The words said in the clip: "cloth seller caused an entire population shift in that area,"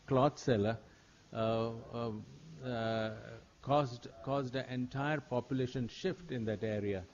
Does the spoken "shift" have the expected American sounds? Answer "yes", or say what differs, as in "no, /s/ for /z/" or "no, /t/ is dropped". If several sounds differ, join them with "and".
yes